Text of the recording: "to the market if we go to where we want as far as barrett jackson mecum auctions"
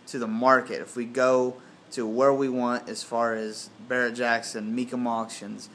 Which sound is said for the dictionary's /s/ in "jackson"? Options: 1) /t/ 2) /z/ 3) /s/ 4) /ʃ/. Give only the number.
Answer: 3